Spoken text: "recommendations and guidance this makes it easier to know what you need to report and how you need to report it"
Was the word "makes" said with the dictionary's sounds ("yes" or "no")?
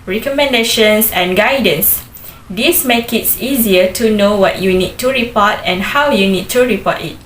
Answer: no